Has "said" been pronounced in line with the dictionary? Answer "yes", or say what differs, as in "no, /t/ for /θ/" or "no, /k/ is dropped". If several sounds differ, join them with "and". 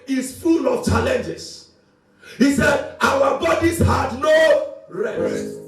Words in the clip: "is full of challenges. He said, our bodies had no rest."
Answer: yes